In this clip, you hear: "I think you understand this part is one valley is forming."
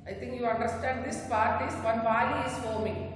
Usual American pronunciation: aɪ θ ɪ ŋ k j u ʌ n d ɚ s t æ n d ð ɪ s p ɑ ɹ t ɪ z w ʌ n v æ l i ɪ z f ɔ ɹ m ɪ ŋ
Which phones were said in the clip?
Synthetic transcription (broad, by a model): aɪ t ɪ ŋ k j u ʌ n d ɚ s t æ n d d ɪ s p ɑ ɹ t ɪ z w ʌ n b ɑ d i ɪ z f ɔ m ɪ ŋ